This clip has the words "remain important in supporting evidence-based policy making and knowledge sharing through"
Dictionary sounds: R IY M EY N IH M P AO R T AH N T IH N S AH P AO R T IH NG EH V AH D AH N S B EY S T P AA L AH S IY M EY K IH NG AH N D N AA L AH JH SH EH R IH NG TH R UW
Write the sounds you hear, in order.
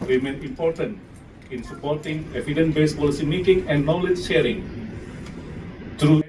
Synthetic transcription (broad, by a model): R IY M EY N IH M P AO R T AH N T IH N S AH P AO R T IH NG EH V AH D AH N B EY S P AA L AH S IY M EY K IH NG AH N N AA L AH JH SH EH R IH NG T R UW